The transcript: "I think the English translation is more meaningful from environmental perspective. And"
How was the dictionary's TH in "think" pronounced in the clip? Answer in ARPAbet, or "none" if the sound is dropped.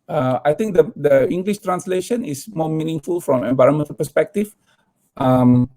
T